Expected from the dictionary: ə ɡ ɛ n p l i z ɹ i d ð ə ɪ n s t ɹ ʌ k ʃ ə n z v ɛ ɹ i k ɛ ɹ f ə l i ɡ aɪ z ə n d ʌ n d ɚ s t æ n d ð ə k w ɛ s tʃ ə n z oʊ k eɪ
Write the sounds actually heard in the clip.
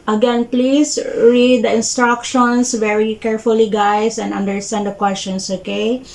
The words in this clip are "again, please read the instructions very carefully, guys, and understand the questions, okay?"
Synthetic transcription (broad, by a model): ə ɡ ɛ n p l i s ɹ i d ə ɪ n s t ɹ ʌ k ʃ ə n s v ɛ ɹ i k ɛ ɹ f ə l i ɡ aɪ s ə n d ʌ n d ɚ s t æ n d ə k w ɛ s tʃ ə n s oʊ k eɪ